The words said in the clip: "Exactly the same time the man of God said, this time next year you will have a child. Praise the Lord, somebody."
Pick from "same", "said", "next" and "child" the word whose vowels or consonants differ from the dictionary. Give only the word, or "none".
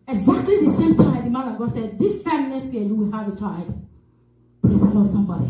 next